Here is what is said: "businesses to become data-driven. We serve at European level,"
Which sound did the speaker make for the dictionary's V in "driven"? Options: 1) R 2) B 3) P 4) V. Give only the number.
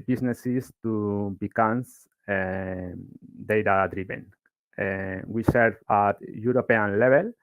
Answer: 2